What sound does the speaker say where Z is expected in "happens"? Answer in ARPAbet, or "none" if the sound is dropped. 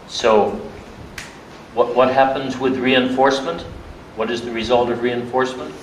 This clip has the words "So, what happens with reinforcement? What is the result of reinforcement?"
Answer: Z